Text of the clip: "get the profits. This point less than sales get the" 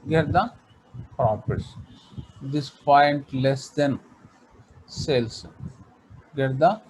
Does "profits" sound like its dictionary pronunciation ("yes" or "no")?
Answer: no